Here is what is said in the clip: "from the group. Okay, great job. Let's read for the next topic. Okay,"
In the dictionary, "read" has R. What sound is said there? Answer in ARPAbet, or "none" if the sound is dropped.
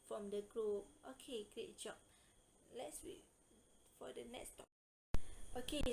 W